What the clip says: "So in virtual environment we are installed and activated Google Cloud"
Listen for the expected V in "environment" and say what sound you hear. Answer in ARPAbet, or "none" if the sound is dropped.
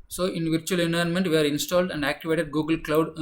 none